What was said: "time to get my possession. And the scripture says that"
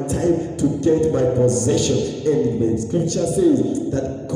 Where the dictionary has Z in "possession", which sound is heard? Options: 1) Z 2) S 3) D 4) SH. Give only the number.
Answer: 1